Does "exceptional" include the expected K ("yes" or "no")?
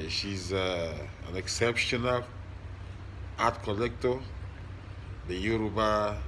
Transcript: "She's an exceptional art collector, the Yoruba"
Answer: yes